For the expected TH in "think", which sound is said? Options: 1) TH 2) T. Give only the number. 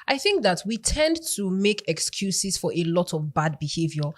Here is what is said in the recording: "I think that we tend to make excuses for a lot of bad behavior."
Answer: 1